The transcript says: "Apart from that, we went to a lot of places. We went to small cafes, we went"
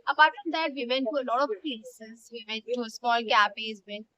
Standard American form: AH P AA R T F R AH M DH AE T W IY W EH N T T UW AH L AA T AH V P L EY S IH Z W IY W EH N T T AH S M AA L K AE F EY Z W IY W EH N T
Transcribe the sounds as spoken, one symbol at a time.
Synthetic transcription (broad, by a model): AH P AA R T F R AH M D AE T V IY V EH N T T UW AH L AA T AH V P L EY S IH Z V IY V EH N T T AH S M AA L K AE P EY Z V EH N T